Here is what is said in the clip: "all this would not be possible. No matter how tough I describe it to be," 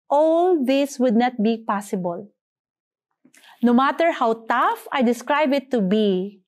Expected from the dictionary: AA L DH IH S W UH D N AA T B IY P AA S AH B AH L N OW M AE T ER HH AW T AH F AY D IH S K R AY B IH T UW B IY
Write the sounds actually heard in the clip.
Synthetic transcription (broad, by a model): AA L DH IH S W UH D N AA T B IY P AA S AH B AH L N OW M AE T ER HH AW T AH F AY D IH S K R AY B IH T UW B IY